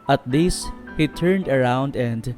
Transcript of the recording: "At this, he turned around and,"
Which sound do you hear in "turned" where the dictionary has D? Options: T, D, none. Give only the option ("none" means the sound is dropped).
D